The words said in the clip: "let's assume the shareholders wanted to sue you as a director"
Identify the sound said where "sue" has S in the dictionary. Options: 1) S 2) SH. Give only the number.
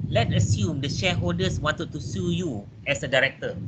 1